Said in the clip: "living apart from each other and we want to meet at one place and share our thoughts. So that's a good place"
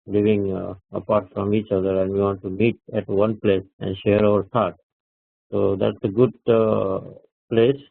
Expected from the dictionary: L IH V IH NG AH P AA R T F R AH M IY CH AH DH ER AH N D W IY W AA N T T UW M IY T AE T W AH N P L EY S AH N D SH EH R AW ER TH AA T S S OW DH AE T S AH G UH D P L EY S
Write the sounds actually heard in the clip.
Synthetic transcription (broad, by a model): L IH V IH NG AH P AA R T F R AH M IY CH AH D ER AH N D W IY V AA N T T UW M IY T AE T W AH N P L EY S AH N D SH EH R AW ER T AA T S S OW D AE T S AH G UH D P L EY S